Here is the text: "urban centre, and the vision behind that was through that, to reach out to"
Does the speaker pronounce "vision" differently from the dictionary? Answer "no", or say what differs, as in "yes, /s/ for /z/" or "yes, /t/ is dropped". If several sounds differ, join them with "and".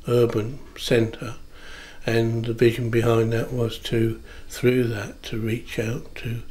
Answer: no